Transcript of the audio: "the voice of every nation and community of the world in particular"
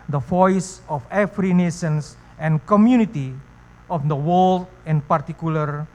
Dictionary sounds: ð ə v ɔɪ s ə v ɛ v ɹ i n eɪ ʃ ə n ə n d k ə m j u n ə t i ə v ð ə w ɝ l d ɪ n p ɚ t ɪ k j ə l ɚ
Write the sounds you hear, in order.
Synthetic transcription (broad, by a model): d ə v ɔɪ s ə f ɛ f ɹ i n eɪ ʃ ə n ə n k ə m j u n ə t i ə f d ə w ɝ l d ɪ n p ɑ t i k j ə l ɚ